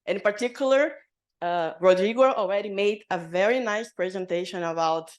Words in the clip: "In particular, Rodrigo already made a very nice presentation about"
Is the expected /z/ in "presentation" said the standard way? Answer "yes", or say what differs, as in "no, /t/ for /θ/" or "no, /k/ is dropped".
yes